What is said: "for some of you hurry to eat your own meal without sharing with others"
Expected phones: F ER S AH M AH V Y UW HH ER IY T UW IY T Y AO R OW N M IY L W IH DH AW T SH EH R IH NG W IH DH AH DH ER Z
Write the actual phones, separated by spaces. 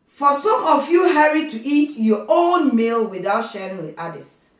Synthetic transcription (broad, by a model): F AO S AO M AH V Y UW HH ER IY T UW IY T Y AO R OW N M IY L W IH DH AW T SH EH R IH NG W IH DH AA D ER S